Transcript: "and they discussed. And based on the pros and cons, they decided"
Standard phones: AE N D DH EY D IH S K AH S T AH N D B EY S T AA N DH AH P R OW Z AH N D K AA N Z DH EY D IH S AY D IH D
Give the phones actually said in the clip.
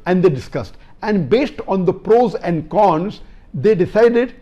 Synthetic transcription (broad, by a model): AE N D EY D IH S K AH S T AH N D B EY S T AA N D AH P R OW Z AH N D K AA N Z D EY D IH S AY D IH D